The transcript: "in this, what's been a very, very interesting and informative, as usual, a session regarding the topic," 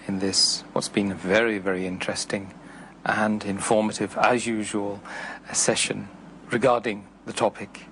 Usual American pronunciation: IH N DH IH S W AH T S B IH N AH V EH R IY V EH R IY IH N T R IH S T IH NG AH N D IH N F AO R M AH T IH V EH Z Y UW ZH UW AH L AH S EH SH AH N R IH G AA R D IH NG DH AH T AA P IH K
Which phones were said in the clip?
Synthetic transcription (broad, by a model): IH N DH IH S W AH T S B IH N AH V EH R IY V EH R IY IH N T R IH S T IH NG AH N D IH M F AO R M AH T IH V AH Z Y UW ZH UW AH L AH S EH SH AH N R IH G AA R D IH NG DH AH T AA P IH K